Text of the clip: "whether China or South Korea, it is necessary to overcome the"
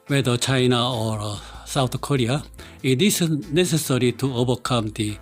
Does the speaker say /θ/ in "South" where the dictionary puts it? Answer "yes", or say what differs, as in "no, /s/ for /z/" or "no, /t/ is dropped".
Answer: no, /t/ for /θ/